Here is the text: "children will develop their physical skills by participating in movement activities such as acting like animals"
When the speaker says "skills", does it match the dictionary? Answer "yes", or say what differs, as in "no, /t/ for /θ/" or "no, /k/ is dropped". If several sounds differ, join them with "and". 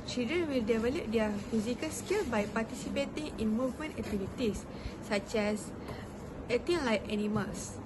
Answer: no, /z/ is dropped